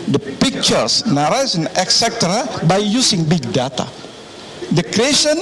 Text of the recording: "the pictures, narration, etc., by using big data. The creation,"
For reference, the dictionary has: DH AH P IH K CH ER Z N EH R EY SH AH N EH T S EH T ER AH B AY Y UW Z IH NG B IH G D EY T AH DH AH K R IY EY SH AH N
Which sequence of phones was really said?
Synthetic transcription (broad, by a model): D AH P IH K CH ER S N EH R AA S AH N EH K S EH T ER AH B AY Y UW S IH NG B IH G D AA T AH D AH K R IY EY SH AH N